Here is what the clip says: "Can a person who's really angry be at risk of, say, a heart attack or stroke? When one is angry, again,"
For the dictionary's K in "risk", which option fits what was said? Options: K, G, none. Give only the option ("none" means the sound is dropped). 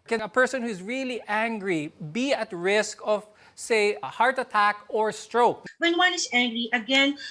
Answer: K